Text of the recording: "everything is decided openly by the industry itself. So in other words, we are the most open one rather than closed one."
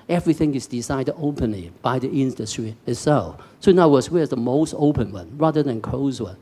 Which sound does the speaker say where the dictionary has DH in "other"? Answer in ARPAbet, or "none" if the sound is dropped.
none